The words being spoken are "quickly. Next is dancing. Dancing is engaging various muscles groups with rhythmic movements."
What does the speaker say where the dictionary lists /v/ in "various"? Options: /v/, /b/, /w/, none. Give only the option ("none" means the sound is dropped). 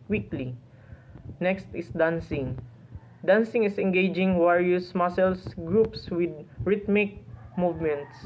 /w/